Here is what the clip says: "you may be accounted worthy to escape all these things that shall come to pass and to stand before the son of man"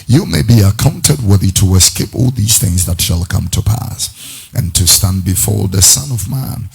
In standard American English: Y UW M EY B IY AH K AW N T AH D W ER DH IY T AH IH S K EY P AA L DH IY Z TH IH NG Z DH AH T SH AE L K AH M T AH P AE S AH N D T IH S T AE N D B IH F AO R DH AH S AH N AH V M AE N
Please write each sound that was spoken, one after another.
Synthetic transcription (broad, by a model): Y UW M EY B IY AH K AW N T AH D W ER DH IY T AH IH S K EY P AA L DH IY Z TH IH NG Z DH AH T SH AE L K AH M T AH P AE S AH N T IH S T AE N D B IH F AO R DH AH S AH N AH V M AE N